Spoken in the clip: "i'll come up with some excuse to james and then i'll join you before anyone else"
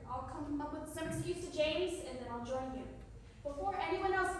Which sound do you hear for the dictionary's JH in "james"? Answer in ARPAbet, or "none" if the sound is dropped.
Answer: JH